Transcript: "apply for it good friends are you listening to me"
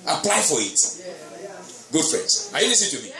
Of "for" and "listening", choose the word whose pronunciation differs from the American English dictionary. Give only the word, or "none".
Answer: listening